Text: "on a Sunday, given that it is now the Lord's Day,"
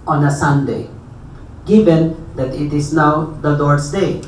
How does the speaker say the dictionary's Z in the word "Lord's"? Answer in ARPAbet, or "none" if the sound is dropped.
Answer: S